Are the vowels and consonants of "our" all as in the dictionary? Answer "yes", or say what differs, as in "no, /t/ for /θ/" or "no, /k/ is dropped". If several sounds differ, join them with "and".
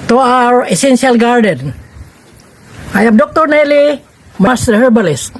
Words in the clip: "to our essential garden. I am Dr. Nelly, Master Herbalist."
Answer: yes